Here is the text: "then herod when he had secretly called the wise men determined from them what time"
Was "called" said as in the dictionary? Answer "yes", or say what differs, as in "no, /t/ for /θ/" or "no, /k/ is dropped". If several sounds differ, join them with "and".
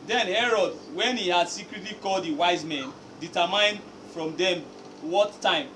yes